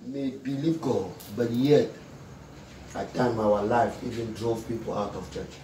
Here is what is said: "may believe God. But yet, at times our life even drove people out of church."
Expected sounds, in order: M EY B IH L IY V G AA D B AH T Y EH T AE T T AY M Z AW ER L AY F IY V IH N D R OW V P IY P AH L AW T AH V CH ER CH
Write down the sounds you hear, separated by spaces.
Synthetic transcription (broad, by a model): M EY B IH L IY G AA B AH T Y EH T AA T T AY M AW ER L AY F IY V IH N D R OW V P IY P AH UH T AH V CH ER CH